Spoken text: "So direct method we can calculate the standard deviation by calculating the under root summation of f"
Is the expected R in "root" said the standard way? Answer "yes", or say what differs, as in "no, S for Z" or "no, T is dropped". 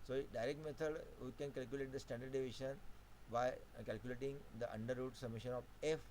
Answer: yes